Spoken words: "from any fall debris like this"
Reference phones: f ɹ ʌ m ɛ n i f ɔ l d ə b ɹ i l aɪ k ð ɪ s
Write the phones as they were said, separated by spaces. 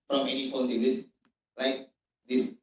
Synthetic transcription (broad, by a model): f ɹ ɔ m ɛ n i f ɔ n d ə ɹ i l aɪ k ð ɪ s